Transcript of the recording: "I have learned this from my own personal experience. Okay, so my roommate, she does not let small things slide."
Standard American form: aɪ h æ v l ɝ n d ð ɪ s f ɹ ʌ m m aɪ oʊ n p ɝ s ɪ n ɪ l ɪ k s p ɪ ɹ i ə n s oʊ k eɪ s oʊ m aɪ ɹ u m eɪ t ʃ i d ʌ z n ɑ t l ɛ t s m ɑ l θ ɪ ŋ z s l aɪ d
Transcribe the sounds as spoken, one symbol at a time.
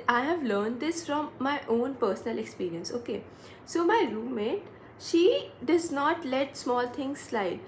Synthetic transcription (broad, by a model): aɪ h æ v l ɝ n d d ɪ s f ɹ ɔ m m aɪ oʊ n p ɝ s ɪ n ɪ l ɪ k s p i ɹ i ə n s oʊ k eɪ s oʊ m aɪ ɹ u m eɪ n ʃ i d ʌ z n ɑ t l ɛ t s m ɑ l t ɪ ŋ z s l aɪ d